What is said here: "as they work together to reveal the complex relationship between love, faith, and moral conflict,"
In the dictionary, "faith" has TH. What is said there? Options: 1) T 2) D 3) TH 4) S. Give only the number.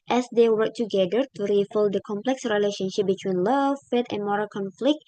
1